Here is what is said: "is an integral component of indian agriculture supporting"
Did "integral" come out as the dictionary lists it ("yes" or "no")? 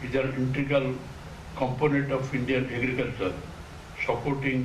no